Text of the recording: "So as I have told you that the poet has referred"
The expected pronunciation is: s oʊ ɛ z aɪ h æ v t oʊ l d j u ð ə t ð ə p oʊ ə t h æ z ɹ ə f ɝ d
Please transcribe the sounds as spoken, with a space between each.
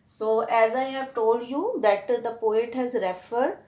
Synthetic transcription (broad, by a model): s oʊ ɛ z aɪ h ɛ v t oʊ l d j u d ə t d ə p oʊ ə t h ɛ z ɹ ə f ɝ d